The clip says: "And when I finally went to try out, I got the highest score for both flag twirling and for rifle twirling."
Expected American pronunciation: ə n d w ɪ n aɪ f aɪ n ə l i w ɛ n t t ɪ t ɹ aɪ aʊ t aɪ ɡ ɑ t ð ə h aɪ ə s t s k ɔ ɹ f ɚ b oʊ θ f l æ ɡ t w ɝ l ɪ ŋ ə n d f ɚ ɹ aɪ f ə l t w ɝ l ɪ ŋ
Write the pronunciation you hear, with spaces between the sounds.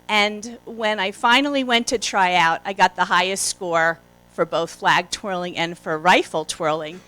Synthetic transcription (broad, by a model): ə n w ɪ n aɪ f aɪ n l i w ɛ n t t ɪ t ɹ aɪ aʊ t aɪ ɡ ɑ t ð ə h aɪ ə s t s k ɔ ɹ f ɚ b oʊ θ f l æ ɡ t w ɝ l ɪ ŋ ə n f ɚ ɹ aɪ f l t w ɝ l ɪ ŋ